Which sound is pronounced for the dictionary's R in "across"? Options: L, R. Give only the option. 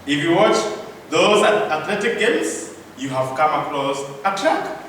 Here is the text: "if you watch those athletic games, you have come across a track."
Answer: L